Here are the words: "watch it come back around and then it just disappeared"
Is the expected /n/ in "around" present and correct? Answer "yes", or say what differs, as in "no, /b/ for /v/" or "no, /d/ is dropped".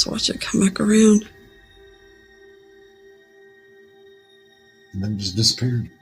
no, /n/ is dropped